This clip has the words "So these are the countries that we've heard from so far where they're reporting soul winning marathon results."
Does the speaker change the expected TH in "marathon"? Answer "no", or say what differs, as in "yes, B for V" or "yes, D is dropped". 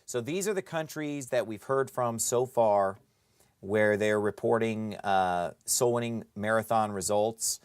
no